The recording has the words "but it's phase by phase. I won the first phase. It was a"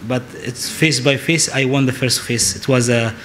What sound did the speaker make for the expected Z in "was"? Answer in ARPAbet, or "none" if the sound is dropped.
Z